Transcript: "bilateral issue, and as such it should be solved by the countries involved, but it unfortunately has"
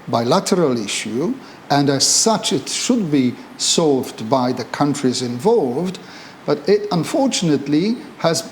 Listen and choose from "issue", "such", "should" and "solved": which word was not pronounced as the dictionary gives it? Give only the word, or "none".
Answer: none